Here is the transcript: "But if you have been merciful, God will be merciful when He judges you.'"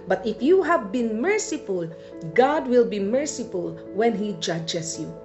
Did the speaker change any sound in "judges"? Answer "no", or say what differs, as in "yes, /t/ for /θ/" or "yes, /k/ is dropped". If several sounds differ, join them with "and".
yes, /s/ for /z/